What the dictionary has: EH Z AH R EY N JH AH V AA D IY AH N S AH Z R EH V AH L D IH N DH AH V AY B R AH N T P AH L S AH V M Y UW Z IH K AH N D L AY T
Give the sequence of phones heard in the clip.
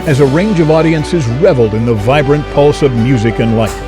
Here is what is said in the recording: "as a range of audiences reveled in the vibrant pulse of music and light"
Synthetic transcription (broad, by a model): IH Z AH R EY N JH AH V AA D IY AH N S AH Z R EH V L D IH N DH AH V AY B R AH N P AH L S AH V M Y UW Z IH K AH N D L AY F